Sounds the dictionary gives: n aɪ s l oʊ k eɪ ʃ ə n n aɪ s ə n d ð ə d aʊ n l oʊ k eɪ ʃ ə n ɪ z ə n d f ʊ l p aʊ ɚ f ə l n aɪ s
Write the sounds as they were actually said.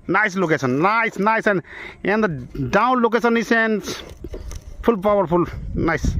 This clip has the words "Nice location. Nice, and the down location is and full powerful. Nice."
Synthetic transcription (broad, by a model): n aɪ s l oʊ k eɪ s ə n n aɪ s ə n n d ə d aʊ n l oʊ k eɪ s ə n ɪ s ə n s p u l p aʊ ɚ p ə l n aɪ s